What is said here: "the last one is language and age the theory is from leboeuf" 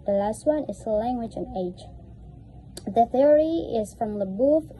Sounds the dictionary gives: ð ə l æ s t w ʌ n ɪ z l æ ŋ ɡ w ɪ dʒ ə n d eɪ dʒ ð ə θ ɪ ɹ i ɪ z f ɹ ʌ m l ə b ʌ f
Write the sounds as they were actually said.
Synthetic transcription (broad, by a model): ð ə l æ s t w ʌ n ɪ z l æ ŋ ɡ w ɪ dʒ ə n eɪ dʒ ð ə θ ɪ ɹ i ɪ z f ɹ ʌ m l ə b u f